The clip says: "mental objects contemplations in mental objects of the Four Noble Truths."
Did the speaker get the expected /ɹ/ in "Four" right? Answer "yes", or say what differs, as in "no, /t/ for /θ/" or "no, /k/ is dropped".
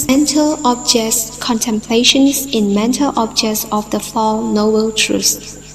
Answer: no, /l/ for /ɹ/